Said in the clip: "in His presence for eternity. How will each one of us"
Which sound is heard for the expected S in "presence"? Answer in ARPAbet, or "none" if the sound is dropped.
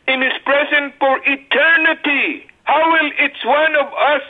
none